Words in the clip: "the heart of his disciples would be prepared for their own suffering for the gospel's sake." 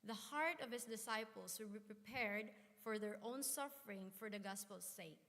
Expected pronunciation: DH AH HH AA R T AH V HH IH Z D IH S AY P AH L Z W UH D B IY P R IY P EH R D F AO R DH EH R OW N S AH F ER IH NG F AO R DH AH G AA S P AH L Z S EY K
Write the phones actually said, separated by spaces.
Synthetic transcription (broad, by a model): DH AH HH AA R T AH V HH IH S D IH S AY P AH L S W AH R B IY P R IY P EH R D F AO R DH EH R OW N S AH F ER IH NG F AO R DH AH G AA S P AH L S EY K